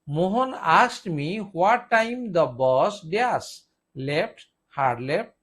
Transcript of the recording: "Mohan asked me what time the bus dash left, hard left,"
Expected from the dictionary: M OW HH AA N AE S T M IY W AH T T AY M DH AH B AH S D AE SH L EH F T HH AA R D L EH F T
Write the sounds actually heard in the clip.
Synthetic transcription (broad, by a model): M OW HH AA N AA S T M IY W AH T T AY M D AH B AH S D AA S L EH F T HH AA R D L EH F T